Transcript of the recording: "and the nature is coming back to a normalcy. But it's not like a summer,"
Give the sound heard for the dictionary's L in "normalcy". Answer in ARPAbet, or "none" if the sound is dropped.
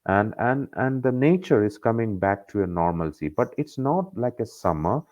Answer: L